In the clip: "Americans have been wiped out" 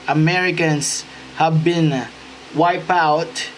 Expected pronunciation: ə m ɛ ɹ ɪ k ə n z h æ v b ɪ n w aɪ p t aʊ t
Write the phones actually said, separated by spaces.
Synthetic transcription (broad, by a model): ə m ɛ ɹ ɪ k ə n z h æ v b ɪ n w aɪ p aʊ t